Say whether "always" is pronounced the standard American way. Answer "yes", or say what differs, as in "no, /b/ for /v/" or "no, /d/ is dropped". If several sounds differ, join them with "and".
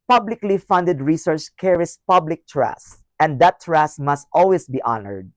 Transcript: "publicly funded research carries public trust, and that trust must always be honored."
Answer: no, /s/ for /z/